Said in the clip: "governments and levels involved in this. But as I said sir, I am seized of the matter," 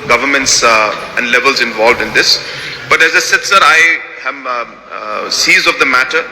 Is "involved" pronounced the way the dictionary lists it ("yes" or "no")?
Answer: yes